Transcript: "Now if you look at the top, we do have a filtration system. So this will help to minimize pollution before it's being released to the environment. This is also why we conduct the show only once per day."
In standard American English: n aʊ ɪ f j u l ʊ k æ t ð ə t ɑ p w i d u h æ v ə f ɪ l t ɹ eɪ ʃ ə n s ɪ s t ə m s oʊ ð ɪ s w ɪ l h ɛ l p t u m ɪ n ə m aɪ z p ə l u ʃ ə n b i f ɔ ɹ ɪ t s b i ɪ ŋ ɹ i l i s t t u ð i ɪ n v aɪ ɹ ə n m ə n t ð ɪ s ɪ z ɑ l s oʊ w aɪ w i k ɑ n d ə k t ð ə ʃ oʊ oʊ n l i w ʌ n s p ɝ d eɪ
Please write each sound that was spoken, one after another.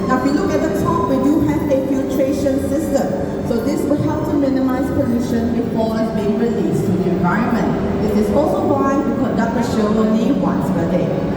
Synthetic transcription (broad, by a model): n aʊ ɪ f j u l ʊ k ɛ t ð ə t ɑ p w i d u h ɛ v ə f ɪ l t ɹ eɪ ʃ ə n s ɪ s t ə m s oʊ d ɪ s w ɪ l h ɛ l p t u m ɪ n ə m aɪ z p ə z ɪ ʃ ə n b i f ɔ l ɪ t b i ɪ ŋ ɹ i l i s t t u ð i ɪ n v aɪ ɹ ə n m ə n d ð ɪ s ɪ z ɑ l s oʊ w aɪ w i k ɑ n d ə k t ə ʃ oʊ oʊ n i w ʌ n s b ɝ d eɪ